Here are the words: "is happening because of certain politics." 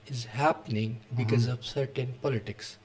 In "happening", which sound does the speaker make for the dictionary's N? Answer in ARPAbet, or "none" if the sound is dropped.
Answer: N